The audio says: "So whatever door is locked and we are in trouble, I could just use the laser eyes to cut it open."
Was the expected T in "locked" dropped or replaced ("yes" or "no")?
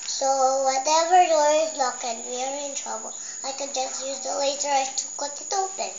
yes